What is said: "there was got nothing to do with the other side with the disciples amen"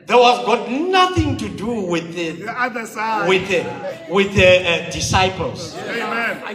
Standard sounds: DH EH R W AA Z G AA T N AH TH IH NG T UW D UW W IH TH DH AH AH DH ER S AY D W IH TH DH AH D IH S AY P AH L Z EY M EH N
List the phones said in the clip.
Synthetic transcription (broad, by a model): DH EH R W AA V G AA T N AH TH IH NG T UW D UW W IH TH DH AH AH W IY TH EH W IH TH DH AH D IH S AY P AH L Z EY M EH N